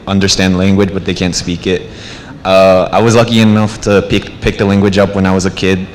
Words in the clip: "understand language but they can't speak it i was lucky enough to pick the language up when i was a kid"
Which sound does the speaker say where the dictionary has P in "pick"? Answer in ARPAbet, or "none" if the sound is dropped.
P